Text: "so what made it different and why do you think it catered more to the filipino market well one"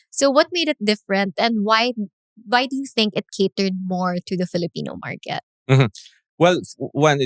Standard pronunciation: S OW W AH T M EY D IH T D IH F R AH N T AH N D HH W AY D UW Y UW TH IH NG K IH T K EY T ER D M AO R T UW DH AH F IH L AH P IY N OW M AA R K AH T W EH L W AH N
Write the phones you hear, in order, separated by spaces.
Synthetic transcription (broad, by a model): S OW W AH T M EY D IH T D IH F R AH N T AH N D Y W AY D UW Y UW TH IH NG K IH T K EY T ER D M AO R T UW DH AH F IH L AH P IY N OW M AA R K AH T W EH L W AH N